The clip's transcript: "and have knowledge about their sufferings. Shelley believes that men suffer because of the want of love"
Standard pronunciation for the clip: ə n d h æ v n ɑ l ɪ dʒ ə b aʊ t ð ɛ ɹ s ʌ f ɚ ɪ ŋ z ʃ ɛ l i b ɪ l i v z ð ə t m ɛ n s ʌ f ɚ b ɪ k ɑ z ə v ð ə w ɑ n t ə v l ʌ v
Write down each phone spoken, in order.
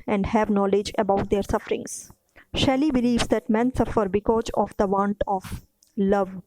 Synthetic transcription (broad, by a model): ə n d h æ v n ɑ l ɪ dʒ ə b aʊ t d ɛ ɹ s ʌ f ɚ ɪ ŋ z ʃ ɛ l i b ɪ l i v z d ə t m ɛ n s ʌ f ɚ b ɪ k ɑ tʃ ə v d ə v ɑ n t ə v l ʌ v